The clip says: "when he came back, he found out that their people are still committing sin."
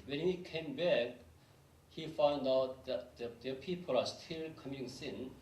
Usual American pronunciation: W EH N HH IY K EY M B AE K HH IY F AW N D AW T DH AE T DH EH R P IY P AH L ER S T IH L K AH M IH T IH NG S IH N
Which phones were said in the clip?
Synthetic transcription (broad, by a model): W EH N HH IY K EY M B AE K HH IY F AW N D AW T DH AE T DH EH P IY P AH L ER S T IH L K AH M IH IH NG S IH N